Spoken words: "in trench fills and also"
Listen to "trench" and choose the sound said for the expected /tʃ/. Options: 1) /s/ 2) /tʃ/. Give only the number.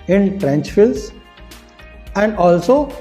2